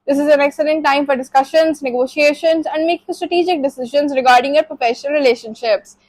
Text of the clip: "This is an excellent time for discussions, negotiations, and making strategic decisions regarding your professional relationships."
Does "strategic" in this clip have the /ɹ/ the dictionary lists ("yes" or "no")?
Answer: yes